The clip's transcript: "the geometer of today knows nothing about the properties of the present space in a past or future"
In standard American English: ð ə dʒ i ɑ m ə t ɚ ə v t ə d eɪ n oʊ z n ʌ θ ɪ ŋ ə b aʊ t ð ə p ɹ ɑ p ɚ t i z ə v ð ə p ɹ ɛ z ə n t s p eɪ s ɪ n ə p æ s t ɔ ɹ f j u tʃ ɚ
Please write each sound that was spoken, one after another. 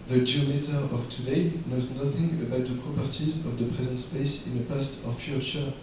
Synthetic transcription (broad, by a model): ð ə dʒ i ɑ m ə t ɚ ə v t ə d eɪ n oʊ z n ʌ θ ɪ ŋ ə b aʊ t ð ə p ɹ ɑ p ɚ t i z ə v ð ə p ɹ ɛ z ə n t s p eɪ s ɪ n ə p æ s t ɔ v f j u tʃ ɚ